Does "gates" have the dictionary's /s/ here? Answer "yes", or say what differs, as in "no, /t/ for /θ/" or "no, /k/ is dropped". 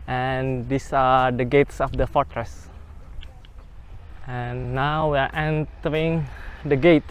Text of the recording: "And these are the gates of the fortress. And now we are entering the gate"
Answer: yes